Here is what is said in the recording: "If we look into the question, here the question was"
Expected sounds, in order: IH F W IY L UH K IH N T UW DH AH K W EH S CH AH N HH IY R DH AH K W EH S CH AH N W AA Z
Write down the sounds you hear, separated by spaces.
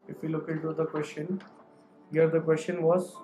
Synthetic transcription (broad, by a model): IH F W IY L UH K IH T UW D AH K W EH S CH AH N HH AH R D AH K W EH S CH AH N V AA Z